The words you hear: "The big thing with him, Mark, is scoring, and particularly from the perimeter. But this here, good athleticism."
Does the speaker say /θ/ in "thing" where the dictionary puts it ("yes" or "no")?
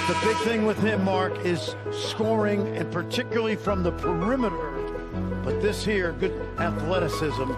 yes